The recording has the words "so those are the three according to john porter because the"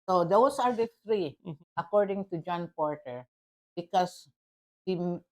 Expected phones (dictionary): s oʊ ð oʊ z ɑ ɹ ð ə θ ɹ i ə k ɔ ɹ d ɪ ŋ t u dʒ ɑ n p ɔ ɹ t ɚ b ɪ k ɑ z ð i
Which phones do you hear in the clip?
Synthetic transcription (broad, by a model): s oʊ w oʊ s ɑ ɹ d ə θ ɹ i ə k ɔ ɹ d ɪ ŋ t u dʒ ɑ n p ɔ ɹ t ɚ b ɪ k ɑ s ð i